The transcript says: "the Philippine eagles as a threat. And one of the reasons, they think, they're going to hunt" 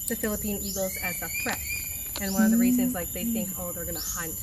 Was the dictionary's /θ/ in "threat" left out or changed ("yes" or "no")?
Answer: yes